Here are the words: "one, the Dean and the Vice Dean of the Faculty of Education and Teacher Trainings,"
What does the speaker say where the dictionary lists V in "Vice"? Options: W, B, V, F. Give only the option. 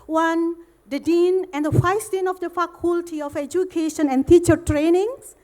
F